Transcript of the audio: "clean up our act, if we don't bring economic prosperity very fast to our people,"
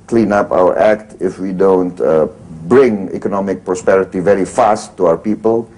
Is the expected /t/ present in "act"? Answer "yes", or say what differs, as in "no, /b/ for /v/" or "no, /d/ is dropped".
yes